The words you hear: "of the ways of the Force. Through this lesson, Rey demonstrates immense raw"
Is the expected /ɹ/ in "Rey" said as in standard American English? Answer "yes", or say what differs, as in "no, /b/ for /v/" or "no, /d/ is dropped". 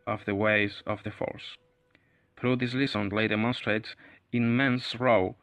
no, /l/ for /ɹ/